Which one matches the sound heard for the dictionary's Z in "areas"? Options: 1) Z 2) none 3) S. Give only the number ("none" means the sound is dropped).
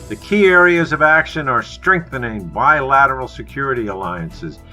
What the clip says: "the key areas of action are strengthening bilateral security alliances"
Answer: 1